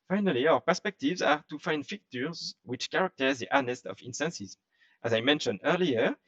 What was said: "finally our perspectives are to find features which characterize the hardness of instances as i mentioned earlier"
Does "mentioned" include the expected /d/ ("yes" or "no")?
yes